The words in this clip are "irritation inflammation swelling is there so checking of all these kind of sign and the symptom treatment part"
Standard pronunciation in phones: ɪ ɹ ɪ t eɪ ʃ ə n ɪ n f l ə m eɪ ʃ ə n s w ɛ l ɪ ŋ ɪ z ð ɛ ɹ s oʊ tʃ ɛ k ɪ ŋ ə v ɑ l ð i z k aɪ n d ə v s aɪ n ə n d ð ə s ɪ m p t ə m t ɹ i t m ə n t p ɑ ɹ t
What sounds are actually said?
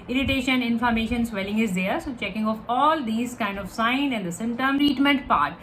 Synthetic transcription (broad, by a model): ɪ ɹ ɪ t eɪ ʃ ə n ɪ n f ə m eɪ ʃ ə n s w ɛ l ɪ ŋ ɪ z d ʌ ɹ s oʊ tʃ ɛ k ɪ ŋ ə f ɑ l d i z k aɪ n d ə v s aɪ n ə n d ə s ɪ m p t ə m t ɹ i t m ə n t p ɑ ɹ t